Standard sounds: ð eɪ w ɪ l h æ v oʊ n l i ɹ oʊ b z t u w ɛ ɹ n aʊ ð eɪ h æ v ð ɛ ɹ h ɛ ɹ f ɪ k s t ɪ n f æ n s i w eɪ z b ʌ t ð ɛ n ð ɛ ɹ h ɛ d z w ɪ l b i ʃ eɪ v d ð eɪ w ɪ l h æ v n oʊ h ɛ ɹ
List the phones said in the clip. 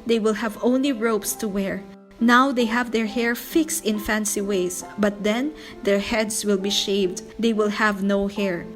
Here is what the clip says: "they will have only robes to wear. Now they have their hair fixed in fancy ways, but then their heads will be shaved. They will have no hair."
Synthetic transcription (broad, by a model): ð eɪ w ɪ l h æ v oʊ n l i ɹ oʊ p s t u w ɛ ɹ n aʊ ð eɪ h æ v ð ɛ ɹ h ɛ ɹ f ɪ k s t ɪ n f æ n s i w eɪ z b ʌ t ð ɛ n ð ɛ ɹ h ɛ d s w ɪ l b i ʃ eɪ v d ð eɪ w ɪ l h æ v n oʊ h ɛ ɹ